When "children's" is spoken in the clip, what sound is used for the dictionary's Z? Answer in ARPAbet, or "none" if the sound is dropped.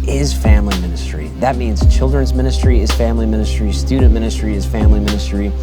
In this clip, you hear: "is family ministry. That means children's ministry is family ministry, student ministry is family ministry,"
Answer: Z